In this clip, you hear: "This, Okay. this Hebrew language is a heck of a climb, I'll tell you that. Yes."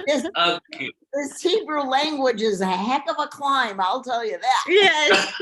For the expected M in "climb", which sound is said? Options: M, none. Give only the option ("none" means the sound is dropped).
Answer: M